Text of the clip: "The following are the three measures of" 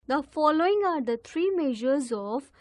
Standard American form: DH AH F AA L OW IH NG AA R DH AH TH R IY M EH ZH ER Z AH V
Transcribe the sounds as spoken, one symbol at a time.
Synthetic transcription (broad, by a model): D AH F AA L OW IH NG AA R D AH T R IY M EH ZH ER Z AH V